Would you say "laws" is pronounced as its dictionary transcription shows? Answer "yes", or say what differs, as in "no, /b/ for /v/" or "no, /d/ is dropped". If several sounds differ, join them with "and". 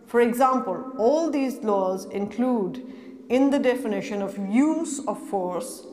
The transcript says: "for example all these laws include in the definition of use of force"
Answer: yes